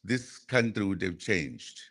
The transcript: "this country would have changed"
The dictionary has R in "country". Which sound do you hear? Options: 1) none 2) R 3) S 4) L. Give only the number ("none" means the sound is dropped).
2